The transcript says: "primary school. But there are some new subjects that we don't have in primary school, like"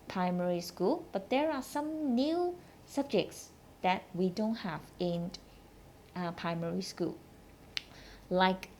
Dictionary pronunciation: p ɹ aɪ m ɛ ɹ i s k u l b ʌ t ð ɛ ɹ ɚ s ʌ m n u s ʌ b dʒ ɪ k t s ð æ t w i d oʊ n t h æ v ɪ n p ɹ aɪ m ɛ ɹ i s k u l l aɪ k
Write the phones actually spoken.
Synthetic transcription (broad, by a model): p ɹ aɪ m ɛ ɹ i s k u l b ʌ t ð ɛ ɹ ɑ s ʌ m n u s ʌ b dʒ ɪ k t s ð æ t w i d oʊ n t h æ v ɪ n p ɹ aɪ m ɛ ɹ i s k u l l aɪ k